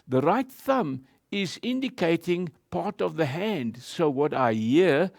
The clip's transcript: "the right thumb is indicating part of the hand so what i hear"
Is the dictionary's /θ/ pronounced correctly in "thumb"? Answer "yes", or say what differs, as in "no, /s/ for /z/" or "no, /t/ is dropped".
yes